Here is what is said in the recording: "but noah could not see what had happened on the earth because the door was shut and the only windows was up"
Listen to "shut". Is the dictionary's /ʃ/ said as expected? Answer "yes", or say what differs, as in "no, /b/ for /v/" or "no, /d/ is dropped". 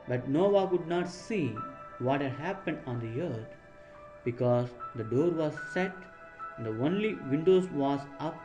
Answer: no, /s/ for /ʃ/